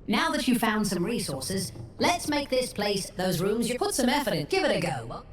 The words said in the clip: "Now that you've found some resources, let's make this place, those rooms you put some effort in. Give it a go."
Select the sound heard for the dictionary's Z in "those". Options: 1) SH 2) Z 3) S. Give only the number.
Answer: 2